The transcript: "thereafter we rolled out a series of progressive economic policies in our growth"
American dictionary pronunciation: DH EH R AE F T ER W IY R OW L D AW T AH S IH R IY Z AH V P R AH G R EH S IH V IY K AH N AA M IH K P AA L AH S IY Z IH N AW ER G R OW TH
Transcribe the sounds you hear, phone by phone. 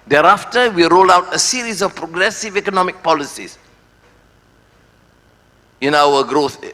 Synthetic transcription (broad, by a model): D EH R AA F T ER W IY R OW L AW T AH S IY R IY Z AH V P R AH G R EH S IH V IY K AH N AA M IH K P AA L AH S IY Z IH N AW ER G R OW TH